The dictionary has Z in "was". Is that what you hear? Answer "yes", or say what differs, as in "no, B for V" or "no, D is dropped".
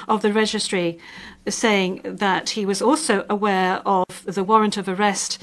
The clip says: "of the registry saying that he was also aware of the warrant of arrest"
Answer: yes